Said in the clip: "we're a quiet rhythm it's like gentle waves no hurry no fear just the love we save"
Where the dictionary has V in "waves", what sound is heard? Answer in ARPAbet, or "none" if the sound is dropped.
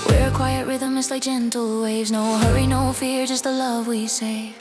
V